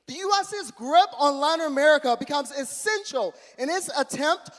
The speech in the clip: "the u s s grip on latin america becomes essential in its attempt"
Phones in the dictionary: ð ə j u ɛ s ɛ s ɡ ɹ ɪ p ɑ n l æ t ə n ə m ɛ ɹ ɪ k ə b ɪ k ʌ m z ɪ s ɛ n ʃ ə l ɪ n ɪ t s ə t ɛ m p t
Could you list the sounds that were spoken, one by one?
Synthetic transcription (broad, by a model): ð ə j u ɛ s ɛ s ɡ ɹ ɪ p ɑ n l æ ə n ə m ɛ ɹ ɪ k ə b ɪ k ʌ m z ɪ s ɛ n ʃ l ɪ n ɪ t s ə t ɛ m p t